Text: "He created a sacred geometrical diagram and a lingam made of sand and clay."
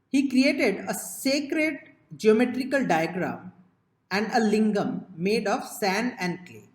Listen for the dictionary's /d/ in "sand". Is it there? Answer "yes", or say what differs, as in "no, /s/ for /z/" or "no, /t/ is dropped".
no, /d/ is dropped